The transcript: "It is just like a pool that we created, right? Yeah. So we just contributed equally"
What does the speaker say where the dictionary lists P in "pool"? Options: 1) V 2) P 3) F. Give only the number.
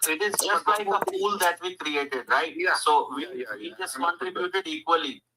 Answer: 3